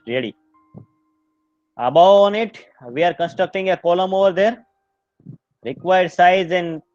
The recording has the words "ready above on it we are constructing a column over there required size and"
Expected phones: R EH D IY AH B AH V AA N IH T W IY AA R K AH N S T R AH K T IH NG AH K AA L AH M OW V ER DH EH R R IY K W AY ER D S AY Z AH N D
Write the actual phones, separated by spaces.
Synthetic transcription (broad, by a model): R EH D IY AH B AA UH N IH T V IY AA R K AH N S T R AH K T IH NG AH K AA L AH M OW V ER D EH R R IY K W AY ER D S AY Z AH N D